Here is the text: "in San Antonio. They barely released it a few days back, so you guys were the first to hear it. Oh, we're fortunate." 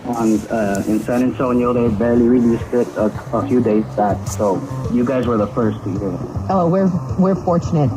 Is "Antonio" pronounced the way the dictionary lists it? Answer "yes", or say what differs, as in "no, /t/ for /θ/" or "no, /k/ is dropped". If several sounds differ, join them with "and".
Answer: no, /s/ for /t/